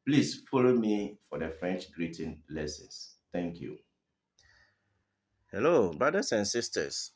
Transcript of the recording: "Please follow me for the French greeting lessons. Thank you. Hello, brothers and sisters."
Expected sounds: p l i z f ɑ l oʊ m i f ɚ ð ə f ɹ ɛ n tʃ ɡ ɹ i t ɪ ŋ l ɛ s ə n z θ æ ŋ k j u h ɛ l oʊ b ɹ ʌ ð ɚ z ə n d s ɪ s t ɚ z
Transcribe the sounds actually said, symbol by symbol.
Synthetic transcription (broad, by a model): p l i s f ɑ l oʊ m i f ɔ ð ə f ɹ ɛ n tʃ ɡ ɹ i t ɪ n l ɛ s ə n s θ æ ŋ k j u h ɛ l oʊ b ɹ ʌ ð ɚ s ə n s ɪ s t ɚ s